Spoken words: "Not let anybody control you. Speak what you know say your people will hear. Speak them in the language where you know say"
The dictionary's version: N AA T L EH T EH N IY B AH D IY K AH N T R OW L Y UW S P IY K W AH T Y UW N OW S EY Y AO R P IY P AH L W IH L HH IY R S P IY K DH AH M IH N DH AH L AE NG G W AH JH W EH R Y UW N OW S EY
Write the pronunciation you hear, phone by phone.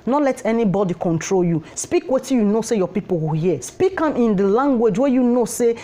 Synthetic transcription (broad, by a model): N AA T L EH T EH N IY B AH D IY K AH N T R OW L Y UW S P IY K W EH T Y UW N OW S EY Y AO P IY P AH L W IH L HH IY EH S P IY K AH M IH N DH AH L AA NG G W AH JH W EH Y UW N OW S EY